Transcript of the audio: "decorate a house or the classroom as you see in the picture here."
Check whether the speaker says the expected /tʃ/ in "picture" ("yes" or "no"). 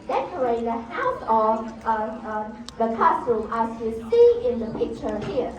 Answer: yes